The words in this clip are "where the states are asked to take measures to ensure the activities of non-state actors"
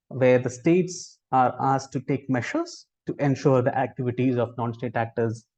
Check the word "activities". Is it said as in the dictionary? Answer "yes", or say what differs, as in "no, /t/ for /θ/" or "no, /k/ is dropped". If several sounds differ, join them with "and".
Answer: yes